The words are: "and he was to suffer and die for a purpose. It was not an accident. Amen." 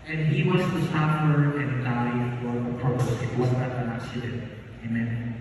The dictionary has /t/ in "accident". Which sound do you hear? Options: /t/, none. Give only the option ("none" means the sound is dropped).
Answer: none